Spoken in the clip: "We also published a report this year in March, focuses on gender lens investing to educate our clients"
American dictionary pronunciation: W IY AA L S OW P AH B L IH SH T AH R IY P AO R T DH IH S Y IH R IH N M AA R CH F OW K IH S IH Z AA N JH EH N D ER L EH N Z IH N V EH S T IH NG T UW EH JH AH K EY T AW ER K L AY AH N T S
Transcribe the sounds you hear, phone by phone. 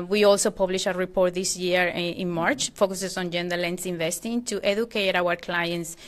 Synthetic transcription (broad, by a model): W IY AA L S OW P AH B L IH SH AH R IY P AO R T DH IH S Y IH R IH N M AA R CH F OW K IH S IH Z AA N JH EH N D ER L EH N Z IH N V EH S T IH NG T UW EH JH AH K EY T AW ER K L AY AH N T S